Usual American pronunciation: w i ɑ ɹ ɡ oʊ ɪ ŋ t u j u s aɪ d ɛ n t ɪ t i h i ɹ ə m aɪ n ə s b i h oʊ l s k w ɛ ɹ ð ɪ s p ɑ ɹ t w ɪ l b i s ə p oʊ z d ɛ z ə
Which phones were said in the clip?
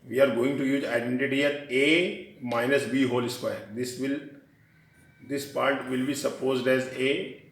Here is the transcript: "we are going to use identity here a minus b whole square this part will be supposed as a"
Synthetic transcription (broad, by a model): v i ɑ ɹ ɡ oʊ ɪ ŋ t u j u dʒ aɪ d ɛ n t ɪ t i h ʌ ɹ ə m aɪ n ə s b i h oʊ l s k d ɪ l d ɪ s p ɑ ɹ t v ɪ l b i s ə p oʊ z d ɛ z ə